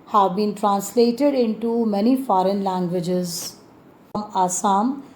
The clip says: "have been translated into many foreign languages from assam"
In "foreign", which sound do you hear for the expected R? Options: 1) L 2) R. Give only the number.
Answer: 2